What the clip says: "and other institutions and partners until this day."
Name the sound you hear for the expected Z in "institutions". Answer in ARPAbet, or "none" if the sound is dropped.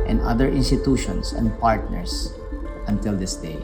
S